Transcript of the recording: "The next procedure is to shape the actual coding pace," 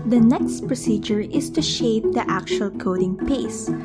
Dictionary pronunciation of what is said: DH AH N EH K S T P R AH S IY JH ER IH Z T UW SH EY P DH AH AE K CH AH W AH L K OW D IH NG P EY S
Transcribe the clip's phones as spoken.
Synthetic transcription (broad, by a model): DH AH N EH K S T P R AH S IY JH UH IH S T UW SH EY P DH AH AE K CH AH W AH L K OW D IH NG P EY S